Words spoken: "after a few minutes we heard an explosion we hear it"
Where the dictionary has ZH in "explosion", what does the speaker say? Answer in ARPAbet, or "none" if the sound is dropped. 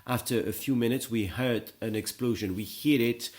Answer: ZH